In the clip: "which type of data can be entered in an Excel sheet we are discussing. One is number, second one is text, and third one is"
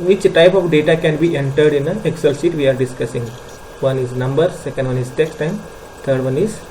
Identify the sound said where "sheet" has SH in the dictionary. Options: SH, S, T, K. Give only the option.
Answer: S